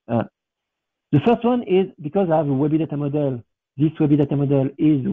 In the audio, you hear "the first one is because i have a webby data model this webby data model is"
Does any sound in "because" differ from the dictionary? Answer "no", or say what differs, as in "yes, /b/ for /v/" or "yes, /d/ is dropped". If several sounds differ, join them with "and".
no